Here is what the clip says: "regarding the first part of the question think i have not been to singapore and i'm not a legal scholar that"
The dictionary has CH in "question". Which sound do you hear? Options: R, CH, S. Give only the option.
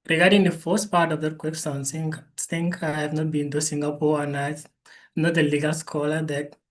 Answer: S